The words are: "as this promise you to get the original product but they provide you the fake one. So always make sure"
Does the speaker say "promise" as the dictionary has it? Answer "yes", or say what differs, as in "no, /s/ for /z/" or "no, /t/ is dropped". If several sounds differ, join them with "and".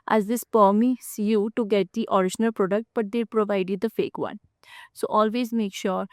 no, /ɹ/ is dropped